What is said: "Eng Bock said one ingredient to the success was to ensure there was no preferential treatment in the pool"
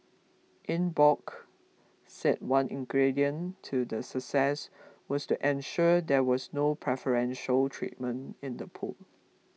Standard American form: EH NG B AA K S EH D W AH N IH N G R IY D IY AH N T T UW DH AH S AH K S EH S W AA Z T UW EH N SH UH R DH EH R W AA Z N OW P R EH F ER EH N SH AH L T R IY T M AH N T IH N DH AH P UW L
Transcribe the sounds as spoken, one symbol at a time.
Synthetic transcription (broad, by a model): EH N B AA K S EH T W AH N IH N G R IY D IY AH N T T UW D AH S AH K S EH S W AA S T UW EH N SH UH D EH W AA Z N OW P R EH F ER EH N SH AH L T R IY T M AH N T IH N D AH P UW L